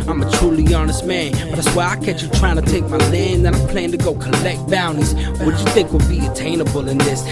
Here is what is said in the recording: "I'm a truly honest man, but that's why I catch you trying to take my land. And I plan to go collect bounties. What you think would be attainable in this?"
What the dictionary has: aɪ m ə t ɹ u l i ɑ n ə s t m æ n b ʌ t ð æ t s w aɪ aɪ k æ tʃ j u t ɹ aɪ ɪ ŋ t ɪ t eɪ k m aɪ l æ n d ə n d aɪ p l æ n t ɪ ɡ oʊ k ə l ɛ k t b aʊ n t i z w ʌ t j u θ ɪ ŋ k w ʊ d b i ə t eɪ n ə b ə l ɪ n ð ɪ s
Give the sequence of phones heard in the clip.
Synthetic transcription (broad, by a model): aɪ m ə t ɹ u l i ɑ n ə s t m æ n b ʌ t ð æ t s w aɪ aɪ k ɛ tʃ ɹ t ɹ aɪ ɪ ŋ t ɪ t eɪ k m aɪ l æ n ə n aɪ p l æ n t ɪ ɡ oʊ k ə l ɛ k t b aʊ n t i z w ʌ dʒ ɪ θ ɪ ŋ k w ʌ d b i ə t eɪ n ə b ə l ɪ n ð ɪ s